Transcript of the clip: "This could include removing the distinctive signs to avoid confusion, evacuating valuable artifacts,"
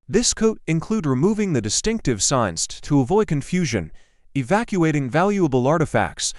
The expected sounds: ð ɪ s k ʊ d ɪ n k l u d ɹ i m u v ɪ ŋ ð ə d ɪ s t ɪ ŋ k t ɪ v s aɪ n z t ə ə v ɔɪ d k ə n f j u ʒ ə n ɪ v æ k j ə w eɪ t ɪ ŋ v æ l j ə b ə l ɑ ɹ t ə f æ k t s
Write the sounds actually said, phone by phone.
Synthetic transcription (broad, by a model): ð ɪ s k ʊ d ɪ n k l u d ɹ i m u v ɪ ŋ ð ə d ɪ s t ɪ ŋ k t ɪ v s aɪ n z t ə ə v ɔɪ d k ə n f j u ʒ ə n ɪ v æ k j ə eɪ t ɪ ŋ v æ l j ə b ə l ɑ ɹ t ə f æ k t s